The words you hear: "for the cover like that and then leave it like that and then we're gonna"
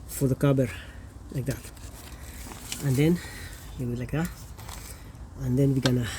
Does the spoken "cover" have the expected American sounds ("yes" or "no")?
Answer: no